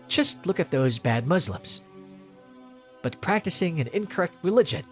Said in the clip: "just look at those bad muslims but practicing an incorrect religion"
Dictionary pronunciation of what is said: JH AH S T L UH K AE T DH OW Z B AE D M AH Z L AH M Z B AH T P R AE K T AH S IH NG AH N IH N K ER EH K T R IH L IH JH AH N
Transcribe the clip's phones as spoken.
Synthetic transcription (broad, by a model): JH AH S T L UH K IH T DH OW Z B AE D M AH Z L AH M Z B AH T P R AE K T AH S IH NG AH N IH N K ER EH K T R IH L IH JH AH N